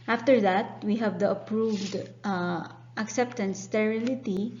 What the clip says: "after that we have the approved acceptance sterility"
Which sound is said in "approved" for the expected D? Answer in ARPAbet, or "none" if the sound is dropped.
D